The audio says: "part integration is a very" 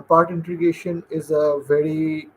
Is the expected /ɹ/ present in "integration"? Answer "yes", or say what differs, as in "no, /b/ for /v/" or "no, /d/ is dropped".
no, /ɹ/ is dropped